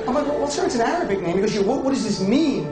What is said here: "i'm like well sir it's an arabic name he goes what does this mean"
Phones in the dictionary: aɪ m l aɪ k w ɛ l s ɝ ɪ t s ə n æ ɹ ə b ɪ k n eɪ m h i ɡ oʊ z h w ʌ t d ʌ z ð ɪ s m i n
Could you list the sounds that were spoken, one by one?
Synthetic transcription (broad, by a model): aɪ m l aɪ k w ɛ w s ɝ ɪ t s ə n æ ɹ ə b ɪ k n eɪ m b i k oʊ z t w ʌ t d ʌ z ð ɪ s m i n